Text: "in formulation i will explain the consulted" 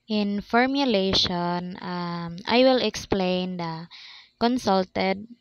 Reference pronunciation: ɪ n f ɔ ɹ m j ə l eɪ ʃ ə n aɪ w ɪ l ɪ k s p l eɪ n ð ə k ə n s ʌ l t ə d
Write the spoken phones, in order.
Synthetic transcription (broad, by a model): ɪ n f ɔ ɹ m j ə l eɪ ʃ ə n aɪ w ɪ l ɪ k s p l eɪ n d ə k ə n s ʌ l t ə d